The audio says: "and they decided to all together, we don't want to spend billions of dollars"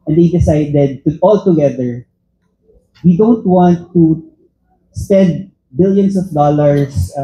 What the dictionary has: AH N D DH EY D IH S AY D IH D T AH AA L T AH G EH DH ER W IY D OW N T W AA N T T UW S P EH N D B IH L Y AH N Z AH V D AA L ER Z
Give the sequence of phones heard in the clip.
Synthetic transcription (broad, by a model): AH N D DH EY D IH S AY D IH D T AH AA L T AH G EH DH ER W IY D OW N T W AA N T T UW S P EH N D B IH L Y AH N S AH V D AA L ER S